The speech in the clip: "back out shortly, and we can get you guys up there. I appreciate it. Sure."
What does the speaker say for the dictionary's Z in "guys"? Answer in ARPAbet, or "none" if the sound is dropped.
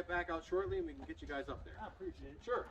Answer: Z